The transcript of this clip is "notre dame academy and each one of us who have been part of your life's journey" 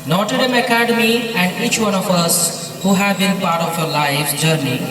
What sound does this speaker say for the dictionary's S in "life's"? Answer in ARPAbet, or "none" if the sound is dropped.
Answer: none